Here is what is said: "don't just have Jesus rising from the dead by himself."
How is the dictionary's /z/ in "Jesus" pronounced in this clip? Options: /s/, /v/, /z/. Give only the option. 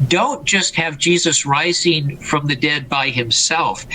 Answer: /z/